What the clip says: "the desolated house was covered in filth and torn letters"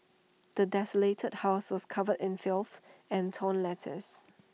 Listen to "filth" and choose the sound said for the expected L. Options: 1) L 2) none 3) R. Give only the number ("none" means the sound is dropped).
1